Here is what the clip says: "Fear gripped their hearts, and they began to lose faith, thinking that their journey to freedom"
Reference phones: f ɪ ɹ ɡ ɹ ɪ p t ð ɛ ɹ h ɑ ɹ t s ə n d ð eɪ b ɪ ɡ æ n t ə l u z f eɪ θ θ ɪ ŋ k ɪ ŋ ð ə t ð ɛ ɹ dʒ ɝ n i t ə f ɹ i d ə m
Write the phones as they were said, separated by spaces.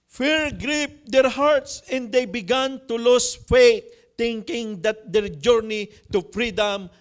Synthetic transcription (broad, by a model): f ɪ ɹ ɡ ɹ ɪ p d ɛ ɹ h ɑ ɹ t s ə n d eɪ b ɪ ɡ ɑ n t ə l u s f eɪ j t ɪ ŋ k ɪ ŋ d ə t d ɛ ɹ dʒ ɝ n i t ə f ɹ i d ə m